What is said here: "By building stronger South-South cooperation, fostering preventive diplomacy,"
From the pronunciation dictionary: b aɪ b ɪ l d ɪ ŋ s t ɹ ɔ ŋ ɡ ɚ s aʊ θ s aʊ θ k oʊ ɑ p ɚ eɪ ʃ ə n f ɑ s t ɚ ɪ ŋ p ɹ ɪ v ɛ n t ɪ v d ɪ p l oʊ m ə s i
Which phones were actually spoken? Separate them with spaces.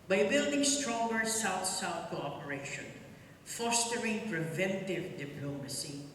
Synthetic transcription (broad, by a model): b aɪ b ɪ l d ɪ ŋ s t ɹ ɔ ŋ ɡ ɚ s aʊ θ s aʊ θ k oʊ ɑ p ɚ eɪ ʃ ə n f ɑ s t ɚ ɪ ŋ p ɹ ɪ v ɛ n t ɪ v d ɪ p l oʊ m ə s i